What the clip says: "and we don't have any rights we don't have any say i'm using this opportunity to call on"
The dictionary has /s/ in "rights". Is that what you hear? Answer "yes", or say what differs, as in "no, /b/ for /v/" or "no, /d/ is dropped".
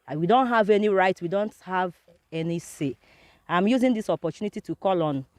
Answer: no, /s/ is dropped